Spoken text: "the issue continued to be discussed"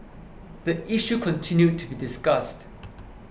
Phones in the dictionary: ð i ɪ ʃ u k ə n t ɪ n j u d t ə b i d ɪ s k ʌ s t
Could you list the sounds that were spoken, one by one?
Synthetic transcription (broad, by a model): ð i ɪ ʃ u k ə n t ɪ n j u d t ə b i d ɪ s k ʌ s t